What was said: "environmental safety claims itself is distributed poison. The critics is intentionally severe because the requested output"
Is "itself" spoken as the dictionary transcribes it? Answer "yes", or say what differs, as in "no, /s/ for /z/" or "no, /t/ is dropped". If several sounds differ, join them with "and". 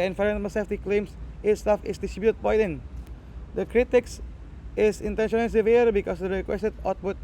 no, /l/ is dropped